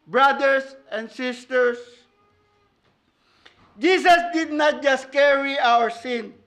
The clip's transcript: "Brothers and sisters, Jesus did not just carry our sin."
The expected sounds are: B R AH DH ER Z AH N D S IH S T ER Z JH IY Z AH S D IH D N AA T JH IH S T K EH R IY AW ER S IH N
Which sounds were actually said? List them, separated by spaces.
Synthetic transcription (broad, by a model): B R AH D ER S AH N D S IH S T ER S JH IY S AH S D IH D N AA T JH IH S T K EH R IY AW ER S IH N